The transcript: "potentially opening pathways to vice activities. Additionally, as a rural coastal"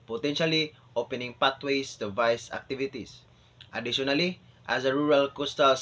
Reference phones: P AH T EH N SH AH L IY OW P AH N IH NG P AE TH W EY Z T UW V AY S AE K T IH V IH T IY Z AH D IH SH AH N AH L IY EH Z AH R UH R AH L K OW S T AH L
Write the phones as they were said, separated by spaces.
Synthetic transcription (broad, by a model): P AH T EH N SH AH L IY OW P AH N IH NG P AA T W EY S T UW V AY S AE K T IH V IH T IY S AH D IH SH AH N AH L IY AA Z AH R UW R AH L K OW S T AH L